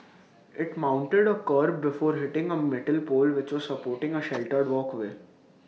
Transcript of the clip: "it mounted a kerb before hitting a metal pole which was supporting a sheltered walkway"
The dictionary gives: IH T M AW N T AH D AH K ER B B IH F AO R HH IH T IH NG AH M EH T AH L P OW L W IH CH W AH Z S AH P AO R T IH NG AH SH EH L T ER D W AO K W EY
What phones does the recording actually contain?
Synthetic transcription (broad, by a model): IH T M AW N T AH D AH K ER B B IH F AO R HH IH T IH NG AH M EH T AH L P OW L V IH CH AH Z S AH P AO R T IH NG AH SH EH L T ER D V AO K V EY